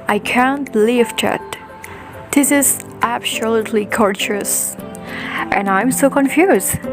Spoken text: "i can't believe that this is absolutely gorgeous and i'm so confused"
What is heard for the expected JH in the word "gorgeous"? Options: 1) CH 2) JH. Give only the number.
1